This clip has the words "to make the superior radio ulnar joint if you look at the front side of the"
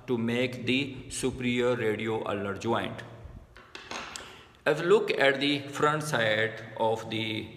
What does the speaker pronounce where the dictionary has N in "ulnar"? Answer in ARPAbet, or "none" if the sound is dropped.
none